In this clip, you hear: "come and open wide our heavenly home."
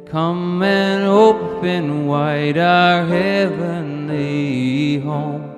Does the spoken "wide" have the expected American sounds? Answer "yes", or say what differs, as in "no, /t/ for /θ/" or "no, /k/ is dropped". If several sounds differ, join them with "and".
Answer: yes